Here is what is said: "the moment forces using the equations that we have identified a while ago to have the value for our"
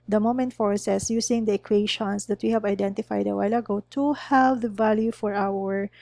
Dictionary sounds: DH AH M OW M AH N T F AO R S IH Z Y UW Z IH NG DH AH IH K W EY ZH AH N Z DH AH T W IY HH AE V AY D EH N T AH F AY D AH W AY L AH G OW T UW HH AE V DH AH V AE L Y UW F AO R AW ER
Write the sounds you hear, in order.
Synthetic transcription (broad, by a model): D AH M OW M AH N T F AO R S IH S Y UW S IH NG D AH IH K W EY SH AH N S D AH T W IY HH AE V AY D EH N T AH F AY D AH W AY L AH G OW T UW HH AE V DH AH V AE L Y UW F AO R AW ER